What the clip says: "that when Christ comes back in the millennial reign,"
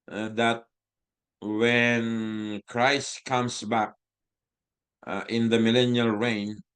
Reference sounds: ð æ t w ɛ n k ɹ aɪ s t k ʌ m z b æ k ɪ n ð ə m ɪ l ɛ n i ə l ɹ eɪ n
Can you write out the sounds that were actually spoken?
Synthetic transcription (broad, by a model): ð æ t w ɛ n k ɹ aɪ s t k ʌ m s b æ k ɪ n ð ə m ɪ l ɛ n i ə l ɹ eɪ n